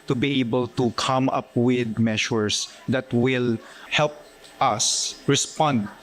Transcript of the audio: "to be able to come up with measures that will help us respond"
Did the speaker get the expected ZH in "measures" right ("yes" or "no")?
no